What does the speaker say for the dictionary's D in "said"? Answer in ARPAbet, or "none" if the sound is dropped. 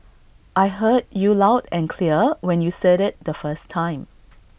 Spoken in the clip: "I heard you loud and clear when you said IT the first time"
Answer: D